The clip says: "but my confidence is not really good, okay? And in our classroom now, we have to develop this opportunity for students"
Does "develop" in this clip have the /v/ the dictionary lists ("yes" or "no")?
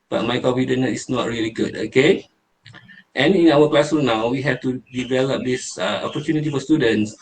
yes